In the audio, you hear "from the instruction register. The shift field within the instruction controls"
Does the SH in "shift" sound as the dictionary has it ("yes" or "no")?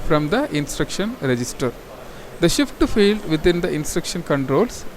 yes